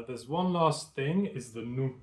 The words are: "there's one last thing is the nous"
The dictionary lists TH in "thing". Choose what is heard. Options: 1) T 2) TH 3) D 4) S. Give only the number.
2